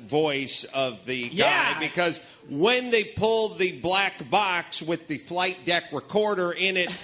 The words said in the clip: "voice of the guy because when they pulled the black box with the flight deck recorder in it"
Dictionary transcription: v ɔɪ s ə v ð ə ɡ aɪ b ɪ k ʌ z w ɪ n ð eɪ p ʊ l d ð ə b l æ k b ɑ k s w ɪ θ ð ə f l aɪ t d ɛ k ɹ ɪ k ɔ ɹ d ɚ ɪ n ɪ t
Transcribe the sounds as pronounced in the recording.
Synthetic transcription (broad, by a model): v ɔɪ s ə v ð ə ɡ aɪ b ɪ k ʌ z w ɪ n ð eɪ p ʊ l d ð ə b l æ k b ɑ k s w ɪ ð ə f l aɪ t d ɛ k ɹ ɪ k ɔ ɹ d ɚ ɪ n ɪ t